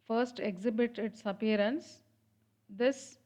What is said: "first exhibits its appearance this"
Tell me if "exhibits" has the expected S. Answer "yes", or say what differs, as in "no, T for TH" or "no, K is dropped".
no, S is dropped